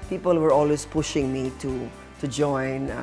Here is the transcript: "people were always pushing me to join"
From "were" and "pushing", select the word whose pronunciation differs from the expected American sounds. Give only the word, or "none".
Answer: none